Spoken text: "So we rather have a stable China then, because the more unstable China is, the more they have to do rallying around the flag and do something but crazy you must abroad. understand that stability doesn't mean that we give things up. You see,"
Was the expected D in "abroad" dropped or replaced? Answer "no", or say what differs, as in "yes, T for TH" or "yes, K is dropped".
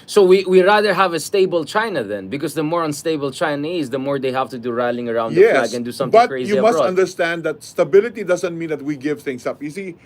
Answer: yes, D is dropped